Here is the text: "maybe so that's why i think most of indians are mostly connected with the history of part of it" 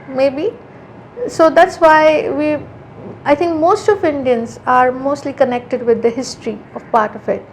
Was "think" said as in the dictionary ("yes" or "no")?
no